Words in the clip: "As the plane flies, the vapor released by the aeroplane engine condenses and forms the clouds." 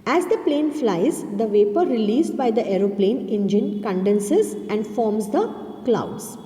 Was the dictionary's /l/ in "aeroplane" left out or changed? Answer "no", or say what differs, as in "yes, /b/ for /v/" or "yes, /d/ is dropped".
no